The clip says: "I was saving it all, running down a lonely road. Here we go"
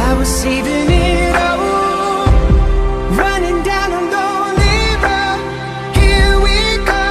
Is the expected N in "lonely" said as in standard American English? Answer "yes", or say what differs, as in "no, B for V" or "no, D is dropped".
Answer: no, N is dropped